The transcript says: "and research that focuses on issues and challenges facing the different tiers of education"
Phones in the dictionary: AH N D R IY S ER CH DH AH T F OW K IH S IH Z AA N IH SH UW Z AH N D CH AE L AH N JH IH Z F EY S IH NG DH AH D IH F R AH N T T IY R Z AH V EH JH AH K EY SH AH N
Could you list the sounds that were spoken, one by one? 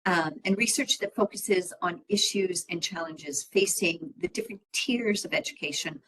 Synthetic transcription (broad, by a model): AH N R IY S ER CH DH AH T F OW K IH S IH Z N IH SH UW Z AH N CH AE L AH N JH IH Z F EY S IH NG DH AH D IH F R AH N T T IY R Z AH V EH JH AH K EY SH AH N